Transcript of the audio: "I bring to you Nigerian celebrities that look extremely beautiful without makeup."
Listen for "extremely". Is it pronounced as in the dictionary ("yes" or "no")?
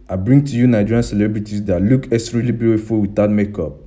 no